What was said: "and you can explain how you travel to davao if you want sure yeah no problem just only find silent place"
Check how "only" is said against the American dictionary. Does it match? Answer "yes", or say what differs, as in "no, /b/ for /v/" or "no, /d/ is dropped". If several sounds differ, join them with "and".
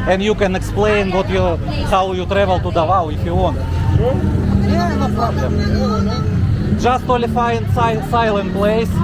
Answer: no, /n/ is dropped